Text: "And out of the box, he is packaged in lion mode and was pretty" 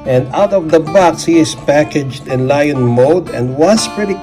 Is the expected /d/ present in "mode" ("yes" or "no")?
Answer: yes